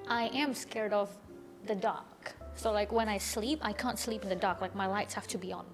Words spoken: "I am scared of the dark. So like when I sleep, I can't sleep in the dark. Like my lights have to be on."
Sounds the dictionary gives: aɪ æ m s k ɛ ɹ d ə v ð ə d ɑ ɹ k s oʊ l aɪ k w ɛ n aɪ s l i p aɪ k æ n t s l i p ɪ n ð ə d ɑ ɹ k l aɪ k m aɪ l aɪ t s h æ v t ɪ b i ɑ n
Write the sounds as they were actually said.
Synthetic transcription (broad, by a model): aɪ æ m s k ɛ ɹ d ə v ð ə d ɑ ɹ k s oʊ l aɪ k w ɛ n aɪ s l i p aɪ k æ n t s l i p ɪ n ð ə d ɑ ɹ k l aɪ k m aɪ l aɪ t s h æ f t ɪ b i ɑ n